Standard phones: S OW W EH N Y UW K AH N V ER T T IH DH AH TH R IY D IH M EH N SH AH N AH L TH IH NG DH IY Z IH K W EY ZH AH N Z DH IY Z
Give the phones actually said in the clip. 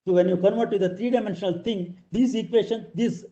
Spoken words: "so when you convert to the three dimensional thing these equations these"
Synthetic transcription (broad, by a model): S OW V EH N Y UW K AH N V ER T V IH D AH T R IY D IH M EH N SH AH N AH L T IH NG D IY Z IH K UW EY SH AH N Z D IY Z